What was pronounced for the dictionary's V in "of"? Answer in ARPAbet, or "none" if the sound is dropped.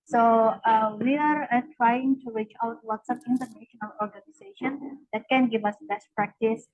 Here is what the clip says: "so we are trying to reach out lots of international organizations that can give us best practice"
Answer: P